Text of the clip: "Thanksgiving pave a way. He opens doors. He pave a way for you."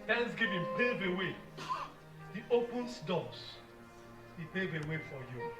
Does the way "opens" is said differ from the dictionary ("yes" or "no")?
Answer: yes